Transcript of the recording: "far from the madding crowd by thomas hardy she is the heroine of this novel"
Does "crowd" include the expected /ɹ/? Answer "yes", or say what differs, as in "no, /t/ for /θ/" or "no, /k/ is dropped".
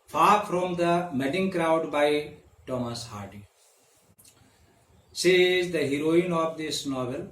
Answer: yes